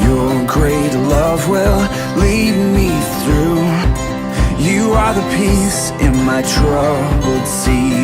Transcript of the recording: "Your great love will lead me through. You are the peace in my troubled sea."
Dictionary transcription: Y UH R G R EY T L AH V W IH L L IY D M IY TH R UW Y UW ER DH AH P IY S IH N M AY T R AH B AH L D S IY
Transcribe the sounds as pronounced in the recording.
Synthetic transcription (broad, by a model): Y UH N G R EY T L AH V W IH L L IY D M IY TH R UW Y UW ER DH AH P IY S IH N M AY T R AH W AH D S IY